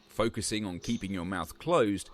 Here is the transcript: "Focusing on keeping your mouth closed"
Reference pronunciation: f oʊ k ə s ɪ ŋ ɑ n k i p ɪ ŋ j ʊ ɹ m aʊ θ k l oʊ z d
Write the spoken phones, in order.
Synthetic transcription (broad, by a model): f oʊ k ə s ɪ ŋ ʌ n k i p ɪ ŋ j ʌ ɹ m aʊ θ k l oʊ z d